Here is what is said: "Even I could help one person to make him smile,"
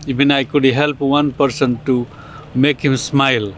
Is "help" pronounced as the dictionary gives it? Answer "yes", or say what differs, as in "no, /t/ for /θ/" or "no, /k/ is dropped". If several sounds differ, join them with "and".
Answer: yes